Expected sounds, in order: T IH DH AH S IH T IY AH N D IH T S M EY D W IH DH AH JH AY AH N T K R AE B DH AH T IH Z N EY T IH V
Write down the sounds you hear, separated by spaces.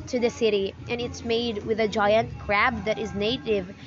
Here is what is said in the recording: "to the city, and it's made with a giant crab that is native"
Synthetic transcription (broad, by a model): T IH DH AH S IH T IY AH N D IH T S M EY D W IH DH AH JH AY AH N T K R AE B DH AH T IH Z N EY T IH V